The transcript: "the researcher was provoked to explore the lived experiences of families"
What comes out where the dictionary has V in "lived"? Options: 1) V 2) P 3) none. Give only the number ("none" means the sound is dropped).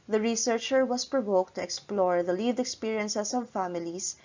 3